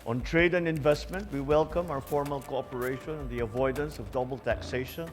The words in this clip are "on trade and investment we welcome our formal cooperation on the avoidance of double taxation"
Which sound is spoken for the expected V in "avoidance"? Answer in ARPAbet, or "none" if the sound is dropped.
V